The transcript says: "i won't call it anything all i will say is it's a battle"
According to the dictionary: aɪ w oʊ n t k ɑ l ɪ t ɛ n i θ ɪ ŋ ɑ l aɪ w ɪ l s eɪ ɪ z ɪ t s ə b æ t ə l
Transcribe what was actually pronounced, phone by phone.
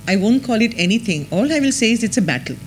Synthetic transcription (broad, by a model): aɪ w oʊ n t k ɑ l ɪ t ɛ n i t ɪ ŋ ɑ l aɪ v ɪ l s eɪ ɪ z ɪ t s ə b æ t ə l